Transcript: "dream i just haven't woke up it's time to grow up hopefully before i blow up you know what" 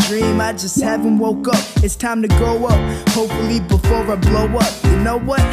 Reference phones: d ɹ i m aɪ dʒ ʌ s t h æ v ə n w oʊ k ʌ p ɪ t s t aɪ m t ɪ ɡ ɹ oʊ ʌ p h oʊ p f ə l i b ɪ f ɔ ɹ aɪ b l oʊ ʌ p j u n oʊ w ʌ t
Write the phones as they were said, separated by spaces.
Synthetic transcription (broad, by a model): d ɹ i m aɪ dʒ ʌ s t h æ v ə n w oʊ k ʌ p ɪ t s t aɪ m t ɪ ɡ oʊ ʌ p h oʊ p f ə l i b ɪ f ɔ ɹ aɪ b l oʊ ʌ p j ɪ n oʊ w ʌ t